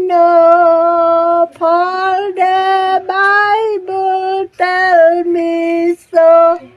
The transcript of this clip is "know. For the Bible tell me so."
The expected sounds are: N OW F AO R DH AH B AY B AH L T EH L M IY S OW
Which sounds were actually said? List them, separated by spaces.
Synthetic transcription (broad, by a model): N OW P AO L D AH B AY B AH L T EH L M IY S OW